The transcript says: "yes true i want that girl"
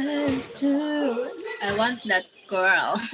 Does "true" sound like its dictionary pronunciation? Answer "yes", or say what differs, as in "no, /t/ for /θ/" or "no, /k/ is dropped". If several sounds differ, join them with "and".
no, /ɹ/ is dropped